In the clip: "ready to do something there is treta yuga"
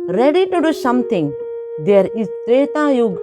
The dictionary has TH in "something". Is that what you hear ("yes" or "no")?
no